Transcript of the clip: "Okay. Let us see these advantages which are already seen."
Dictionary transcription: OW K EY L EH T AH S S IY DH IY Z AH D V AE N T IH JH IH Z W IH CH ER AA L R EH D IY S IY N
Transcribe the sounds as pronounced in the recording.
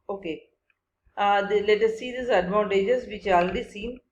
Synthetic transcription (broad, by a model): OW K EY L EH T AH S S IY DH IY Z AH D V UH N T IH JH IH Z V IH CH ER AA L EH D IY S IY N